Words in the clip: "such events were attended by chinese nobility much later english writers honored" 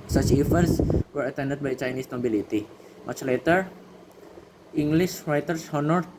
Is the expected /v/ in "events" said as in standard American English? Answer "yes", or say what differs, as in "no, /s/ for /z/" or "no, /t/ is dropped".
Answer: no, /f/ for /v/